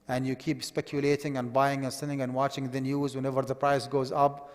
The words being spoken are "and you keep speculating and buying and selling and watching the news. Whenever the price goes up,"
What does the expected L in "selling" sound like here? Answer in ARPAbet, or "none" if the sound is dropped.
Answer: N